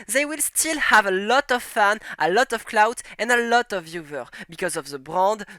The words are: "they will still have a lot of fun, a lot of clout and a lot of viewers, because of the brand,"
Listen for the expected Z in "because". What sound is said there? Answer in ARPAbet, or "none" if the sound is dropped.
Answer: Z